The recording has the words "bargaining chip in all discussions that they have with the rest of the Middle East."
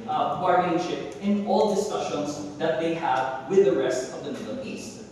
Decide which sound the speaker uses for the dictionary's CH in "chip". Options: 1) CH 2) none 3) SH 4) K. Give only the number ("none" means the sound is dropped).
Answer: 3